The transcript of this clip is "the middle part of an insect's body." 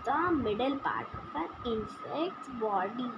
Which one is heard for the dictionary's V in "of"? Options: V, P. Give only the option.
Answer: P